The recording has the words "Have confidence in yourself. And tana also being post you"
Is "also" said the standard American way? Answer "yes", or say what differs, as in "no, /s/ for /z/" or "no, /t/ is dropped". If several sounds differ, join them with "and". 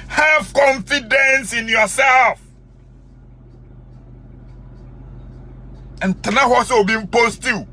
no, /l/ is dropped